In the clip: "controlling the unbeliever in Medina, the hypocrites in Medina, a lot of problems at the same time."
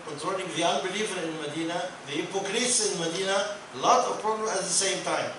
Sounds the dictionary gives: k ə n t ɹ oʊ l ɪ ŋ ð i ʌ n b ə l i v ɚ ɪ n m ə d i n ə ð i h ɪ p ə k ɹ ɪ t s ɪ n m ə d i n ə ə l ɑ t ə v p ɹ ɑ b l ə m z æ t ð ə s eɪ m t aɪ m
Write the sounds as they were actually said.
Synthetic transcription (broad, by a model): k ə n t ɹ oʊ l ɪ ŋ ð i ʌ n b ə l i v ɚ ɪ n m ə d i n ə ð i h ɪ p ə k ɹ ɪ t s ɪ n m ə d i n ə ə l ɑ t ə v p ɹ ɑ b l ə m æ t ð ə s eɪ m t aɪ m